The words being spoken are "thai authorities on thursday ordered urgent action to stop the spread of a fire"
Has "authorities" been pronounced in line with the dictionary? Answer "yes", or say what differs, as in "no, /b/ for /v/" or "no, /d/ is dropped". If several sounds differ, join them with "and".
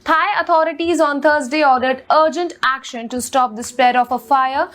no, /t/ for /θ/